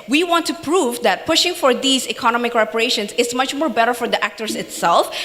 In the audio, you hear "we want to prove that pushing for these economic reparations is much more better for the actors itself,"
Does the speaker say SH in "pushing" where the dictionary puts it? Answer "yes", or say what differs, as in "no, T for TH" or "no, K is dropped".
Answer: yes